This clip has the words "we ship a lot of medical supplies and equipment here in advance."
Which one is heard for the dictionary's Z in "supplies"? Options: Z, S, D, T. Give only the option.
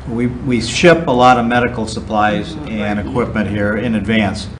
Z